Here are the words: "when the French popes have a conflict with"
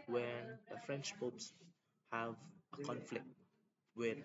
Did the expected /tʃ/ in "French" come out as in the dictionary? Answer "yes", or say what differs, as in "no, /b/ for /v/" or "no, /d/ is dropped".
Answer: yes